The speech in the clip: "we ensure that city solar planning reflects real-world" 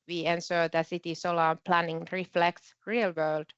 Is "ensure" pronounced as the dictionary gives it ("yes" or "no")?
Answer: no